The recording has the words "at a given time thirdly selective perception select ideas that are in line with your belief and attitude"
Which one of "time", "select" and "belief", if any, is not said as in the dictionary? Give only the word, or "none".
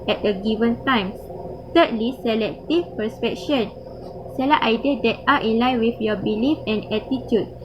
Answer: select